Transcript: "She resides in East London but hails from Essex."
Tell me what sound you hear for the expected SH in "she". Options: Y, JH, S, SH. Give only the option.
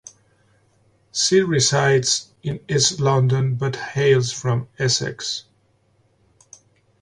S